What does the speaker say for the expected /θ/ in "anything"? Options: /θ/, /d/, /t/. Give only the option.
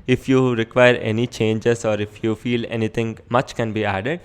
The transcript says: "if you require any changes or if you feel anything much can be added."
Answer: /t/